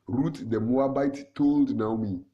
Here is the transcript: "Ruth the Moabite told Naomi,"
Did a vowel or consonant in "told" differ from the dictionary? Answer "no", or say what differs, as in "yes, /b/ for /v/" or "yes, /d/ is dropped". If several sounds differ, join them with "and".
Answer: no